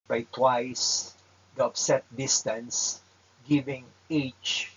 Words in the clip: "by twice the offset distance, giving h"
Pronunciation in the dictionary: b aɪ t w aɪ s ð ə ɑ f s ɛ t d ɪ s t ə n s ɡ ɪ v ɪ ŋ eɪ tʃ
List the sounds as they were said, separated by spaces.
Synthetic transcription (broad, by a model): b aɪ t w aɪ s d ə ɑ p s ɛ t d ɪ s t ə n s ɡ ɪ v ɪ ŋ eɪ tʃ